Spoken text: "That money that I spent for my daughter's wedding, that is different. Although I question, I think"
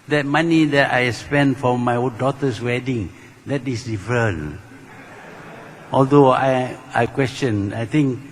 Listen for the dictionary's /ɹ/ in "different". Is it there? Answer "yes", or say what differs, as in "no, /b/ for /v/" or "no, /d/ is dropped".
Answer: no, /ɹ/ is dropped